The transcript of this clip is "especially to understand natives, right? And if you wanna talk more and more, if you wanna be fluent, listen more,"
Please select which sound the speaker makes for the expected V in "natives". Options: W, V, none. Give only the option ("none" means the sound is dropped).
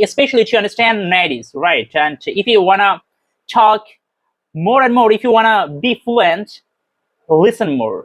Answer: none